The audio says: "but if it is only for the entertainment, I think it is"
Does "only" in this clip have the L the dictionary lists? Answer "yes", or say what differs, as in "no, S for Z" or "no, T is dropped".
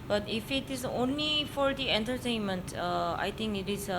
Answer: yes